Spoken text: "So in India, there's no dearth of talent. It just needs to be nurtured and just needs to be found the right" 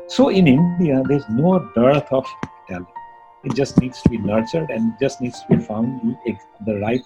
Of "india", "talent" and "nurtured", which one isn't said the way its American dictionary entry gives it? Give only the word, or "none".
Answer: talent